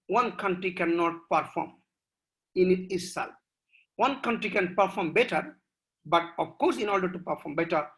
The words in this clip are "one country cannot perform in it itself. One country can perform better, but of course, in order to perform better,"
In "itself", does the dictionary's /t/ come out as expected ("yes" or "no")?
no